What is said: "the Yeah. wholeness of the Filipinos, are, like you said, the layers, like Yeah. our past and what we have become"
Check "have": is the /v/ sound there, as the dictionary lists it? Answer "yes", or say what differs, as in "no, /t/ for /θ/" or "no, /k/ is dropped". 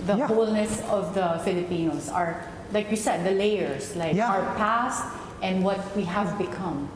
yes